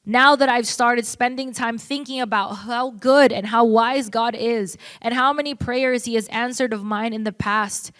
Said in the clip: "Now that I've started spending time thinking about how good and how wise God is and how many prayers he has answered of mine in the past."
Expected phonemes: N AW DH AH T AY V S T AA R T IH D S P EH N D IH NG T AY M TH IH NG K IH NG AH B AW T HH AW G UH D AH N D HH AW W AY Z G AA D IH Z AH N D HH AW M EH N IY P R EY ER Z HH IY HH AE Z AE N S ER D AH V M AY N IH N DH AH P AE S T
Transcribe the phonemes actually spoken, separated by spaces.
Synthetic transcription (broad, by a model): N AW DH AH T AY V S T AA R T IH D S P EH N D IH NG T AY M TH IH NG K IH NG AH B AW T HH AW G UH D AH N HH AW W AY Z G AA D IH Z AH N HH AW M EH N IY P R EY ER Z HH IY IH Z AE N S ER D AH V M AY N IH N DH AH P AE S T